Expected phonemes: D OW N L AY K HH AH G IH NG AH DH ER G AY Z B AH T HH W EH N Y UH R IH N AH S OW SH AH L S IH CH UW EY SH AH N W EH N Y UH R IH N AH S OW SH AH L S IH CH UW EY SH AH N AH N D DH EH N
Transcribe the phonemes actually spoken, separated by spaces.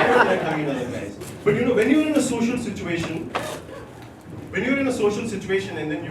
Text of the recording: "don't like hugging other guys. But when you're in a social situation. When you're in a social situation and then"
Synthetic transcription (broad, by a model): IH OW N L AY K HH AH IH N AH ER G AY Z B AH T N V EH N Y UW R IH N AH S OW SH AH L S IH CH UW EY SH AH N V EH N Y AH R IH N AH S OW SH AH L S IH CH UW EY SH AH N AH N D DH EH N